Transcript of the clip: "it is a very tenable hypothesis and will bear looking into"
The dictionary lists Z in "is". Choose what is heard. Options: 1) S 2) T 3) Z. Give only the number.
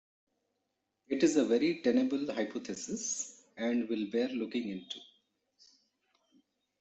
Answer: 3